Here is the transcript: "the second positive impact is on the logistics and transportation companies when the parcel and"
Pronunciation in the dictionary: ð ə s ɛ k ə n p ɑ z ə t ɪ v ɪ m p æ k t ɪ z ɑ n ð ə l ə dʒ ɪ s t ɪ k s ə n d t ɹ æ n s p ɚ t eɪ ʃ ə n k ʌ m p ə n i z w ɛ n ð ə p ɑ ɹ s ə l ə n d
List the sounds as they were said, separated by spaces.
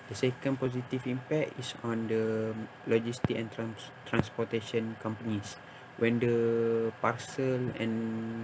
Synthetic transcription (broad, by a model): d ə s ɛ k ə n p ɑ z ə t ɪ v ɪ m p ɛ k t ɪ s ɑ n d ə l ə dʒ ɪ s t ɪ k ə n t t ɹ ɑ n s p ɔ t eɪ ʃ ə n k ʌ m p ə n i s w ɛ n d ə p ɑ ɹ s ə l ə n